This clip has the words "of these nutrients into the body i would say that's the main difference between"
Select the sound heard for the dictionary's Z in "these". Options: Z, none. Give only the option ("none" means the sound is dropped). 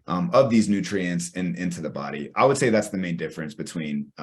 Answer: Z